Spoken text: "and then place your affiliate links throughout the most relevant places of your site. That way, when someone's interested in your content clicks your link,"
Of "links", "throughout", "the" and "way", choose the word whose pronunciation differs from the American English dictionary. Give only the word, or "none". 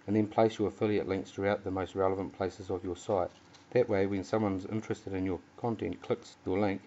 links